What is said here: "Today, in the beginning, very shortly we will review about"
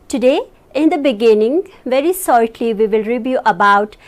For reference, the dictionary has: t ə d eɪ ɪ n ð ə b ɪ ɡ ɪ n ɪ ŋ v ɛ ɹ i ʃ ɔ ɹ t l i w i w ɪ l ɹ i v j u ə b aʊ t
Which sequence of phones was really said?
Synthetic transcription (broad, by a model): t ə d eɪ ɪ n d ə b ɪ ɡ ɪ n ɪ ŋ v ɛ ɹ i s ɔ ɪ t l i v i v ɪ l ɹ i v j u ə b aʊ t